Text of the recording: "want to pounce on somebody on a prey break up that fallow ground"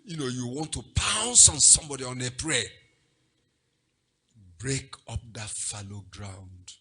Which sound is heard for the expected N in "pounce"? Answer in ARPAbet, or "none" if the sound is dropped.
N